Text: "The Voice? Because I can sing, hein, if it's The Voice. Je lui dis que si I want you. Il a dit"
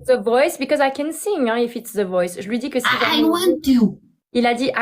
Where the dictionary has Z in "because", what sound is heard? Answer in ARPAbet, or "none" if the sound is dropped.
Z